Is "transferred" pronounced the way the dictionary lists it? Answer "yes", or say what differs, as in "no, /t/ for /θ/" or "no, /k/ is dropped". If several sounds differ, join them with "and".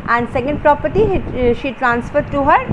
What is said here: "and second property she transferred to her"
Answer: yes